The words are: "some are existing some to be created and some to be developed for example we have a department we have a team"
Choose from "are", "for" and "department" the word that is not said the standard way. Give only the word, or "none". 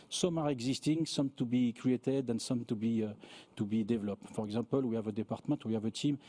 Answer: department